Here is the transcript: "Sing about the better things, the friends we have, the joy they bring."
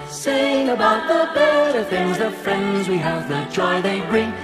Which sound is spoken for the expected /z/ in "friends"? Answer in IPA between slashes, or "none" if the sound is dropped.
/z/